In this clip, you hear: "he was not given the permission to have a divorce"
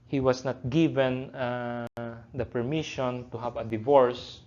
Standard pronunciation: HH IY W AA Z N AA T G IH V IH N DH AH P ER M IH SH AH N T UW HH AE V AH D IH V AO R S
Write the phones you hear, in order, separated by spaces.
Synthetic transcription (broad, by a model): HH IY W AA S N AA T G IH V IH N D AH P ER M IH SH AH N T UW HH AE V AH D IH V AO R S